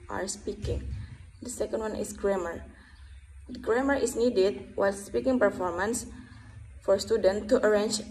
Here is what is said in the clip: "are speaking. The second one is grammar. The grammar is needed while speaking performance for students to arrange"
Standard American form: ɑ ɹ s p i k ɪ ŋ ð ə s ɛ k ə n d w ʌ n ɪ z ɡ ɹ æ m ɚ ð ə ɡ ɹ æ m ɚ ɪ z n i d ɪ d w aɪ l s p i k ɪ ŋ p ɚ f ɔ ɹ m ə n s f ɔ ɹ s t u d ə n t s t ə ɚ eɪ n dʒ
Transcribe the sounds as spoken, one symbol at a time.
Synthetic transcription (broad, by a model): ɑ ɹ s p i k ɪ ŋ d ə s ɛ k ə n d w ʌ n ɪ s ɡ ɹ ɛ m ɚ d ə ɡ ɹ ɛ m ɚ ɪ s n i d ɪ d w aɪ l s p i k ɪ ŋ p ɚ f ɔ ɹ m ə n s f ɔ ɹ s t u d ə n t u t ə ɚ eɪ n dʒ